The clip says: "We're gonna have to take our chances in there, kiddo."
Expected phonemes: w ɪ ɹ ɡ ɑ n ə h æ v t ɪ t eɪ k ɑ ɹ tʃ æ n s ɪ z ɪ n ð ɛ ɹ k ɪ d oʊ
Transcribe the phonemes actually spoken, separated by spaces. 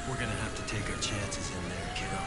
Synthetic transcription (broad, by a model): w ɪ ɹ ɡ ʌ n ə h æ f t ɪ t eɪ k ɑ tʃ æ n s ɪ z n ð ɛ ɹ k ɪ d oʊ